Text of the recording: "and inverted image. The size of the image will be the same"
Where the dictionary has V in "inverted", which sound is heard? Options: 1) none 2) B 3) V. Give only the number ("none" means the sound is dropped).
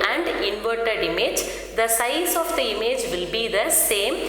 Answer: 3